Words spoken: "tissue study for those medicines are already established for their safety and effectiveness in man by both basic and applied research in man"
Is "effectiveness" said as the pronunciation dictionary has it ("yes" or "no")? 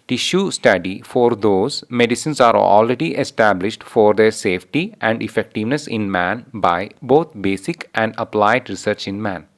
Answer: yes